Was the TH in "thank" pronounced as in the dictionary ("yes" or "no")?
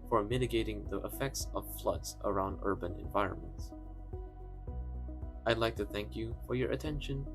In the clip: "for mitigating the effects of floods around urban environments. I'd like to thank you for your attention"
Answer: yes